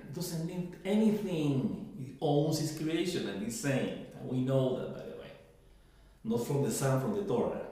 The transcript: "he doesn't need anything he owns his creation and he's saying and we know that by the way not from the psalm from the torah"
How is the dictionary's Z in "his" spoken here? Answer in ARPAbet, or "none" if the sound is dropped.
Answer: S